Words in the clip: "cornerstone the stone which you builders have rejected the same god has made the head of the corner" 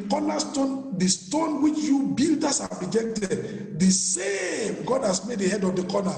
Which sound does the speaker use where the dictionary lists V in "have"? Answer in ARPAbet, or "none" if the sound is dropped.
P